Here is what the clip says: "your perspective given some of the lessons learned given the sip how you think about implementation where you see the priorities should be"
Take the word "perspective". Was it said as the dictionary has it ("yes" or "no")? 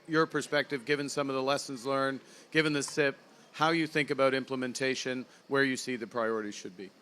yes